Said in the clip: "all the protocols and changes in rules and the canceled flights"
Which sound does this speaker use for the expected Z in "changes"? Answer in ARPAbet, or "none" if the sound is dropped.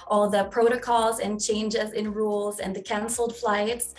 Z